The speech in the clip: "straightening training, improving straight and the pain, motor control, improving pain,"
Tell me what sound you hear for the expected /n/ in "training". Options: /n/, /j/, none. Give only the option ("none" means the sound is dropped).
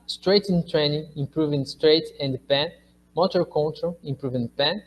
/n/